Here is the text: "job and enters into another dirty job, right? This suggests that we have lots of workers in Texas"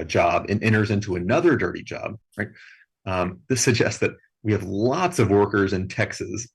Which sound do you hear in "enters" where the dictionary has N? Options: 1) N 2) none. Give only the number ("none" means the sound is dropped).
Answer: 2